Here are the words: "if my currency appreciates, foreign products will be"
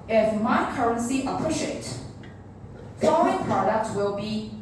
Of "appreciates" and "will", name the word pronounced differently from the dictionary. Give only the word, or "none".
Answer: appreciates